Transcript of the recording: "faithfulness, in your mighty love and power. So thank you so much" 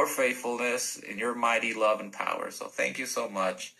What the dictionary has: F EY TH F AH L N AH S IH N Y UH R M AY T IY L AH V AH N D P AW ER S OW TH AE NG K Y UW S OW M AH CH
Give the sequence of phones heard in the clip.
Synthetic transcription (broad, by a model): F EY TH F L N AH S IH N Y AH R M AY T IY L AH V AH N P AW ER S OW TH AE NG K Y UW S OW M AH CH